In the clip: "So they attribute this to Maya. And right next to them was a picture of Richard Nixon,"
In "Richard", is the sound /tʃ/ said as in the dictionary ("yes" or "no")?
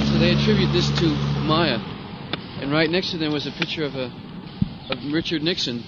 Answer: yes